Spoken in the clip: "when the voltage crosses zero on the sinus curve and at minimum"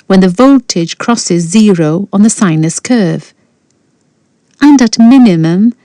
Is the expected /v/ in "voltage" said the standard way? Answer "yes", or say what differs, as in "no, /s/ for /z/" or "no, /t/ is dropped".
yes